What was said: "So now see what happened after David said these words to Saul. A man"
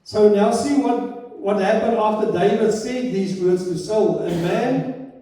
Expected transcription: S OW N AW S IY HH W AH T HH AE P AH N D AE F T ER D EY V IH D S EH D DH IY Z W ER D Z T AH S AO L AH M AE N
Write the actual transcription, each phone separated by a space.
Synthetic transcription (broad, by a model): S OW N AW S IY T W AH T HH AE P AH N D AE F T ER D EY V IH D S EH D DH IY Z W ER D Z T AH S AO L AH M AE N